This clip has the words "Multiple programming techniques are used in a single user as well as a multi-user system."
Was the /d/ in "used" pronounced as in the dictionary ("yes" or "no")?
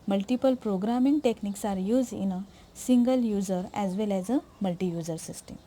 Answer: no